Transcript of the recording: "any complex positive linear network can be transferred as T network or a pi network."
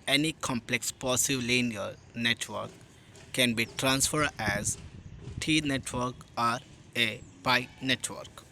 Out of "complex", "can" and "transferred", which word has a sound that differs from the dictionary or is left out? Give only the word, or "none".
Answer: none